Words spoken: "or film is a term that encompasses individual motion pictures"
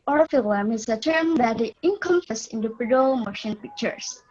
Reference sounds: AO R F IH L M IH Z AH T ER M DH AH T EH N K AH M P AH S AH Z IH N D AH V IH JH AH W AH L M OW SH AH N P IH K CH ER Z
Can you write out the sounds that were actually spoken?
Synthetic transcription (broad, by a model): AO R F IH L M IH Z AH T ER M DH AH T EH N K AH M F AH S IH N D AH P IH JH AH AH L M OW SH AH N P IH K CH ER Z